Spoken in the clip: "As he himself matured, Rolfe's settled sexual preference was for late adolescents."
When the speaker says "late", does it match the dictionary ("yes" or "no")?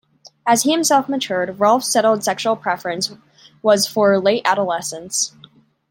yes